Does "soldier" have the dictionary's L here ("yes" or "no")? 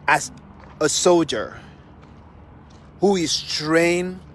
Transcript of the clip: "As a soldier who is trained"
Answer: yes